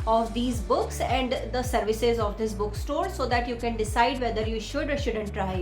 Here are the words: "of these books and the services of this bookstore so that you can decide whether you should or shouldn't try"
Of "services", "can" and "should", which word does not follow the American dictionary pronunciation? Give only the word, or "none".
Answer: none